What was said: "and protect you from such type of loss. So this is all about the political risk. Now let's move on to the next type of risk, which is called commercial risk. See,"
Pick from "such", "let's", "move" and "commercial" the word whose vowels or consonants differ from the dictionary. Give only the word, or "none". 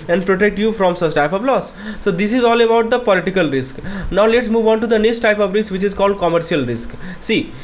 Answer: such